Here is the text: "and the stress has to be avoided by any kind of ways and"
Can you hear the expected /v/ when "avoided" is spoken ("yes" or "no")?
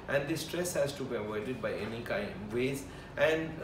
no